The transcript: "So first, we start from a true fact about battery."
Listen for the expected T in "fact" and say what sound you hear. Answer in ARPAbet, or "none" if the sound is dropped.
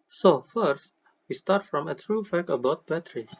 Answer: none